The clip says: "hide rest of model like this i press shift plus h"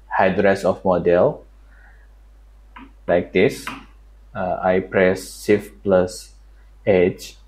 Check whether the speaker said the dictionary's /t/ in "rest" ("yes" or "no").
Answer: no